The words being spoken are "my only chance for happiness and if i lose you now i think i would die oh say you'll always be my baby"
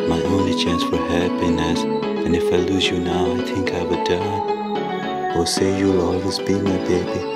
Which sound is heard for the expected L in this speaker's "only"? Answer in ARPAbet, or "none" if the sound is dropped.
none